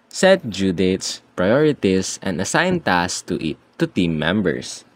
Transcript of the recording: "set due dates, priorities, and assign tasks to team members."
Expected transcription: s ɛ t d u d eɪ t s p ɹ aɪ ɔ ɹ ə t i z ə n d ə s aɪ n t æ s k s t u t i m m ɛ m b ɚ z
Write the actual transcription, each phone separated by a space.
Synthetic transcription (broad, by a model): s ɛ t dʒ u d eɪ t s p ɹ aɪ ɔ ɹ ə t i s ə n d ə s aɪ n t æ s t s t u t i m m ɛ m b ɚ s